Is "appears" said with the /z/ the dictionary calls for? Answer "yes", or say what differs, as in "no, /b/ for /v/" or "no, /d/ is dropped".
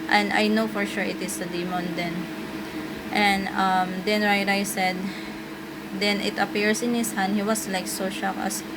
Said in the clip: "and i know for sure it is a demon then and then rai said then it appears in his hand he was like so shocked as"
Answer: no, /s/ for /z/